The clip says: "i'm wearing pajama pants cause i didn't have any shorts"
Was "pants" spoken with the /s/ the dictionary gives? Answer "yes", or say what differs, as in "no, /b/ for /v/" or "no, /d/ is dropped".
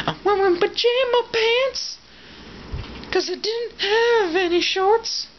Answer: yes